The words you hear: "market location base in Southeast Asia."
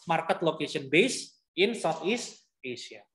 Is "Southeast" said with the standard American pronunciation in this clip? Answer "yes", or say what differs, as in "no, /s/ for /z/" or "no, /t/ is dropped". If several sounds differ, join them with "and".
no, /t/ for /θ/